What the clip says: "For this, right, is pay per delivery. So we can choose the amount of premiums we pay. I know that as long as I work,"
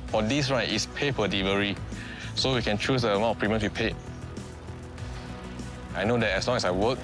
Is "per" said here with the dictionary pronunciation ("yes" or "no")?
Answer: no